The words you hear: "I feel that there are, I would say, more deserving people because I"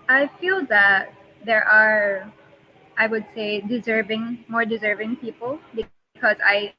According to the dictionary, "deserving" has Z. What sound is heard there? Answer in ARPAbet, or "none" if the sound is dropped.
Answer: Z